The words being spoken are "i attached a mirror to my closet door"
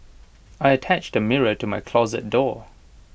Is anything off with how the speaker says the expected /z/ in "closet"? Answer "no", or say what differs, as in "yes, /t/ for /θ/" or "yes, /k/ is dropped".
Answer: no